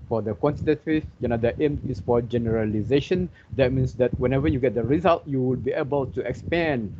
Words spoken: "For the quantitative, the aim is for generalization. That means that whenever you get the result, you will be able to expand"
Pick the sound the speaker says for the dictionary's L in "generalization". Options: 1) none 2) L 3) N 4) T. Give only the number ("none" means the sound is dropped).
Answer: 2